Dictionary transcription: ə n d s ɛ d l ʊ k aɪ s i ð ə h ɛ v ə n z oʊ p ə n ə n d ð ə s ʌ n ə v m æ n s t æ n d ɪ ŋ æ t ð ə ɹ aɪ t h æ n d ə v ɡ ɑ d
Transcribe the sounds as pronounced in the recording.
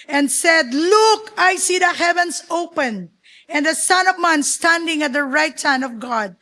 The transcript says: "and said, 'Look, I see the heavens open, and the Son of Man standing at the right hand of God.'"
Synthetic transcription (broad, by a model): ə n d s ɛ d l ʊ k aɪ s i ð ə h ɛ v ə n s oʊ p ə n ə n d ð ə s ʌ n ə v m æ n s t æ n d ɪ ŋ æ t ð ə ɹ aɪ t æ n ə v ɡ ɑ d